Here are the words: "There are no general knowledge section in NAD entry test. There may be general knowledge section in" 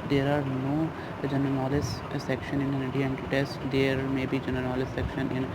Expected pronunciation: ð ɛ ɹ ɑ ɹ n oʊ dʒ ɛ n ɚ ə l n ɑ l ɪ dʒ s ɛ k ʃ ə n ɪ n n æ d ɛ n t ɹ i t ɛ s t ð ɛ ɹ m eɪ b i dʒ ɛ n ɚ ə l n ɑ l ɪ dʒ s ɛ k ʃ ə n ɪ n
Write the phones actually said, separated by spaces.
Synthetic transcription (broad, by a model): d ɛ ɹ ɑ ɹ n oʊ dʒ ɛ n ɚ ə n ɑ l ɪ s s ɛ k ʃ ə n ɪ n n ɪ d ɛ n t i t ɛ s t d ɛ ɹ m eɪ b i dʒ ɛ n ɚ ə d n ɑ l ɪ s ɛ k ʃ ə n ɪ n